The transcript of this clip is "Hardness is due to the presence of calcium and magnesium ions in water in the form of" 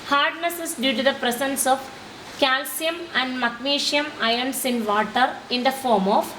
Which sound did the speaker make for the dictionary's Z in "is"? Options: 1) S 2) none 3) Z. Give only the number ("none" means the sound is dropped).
1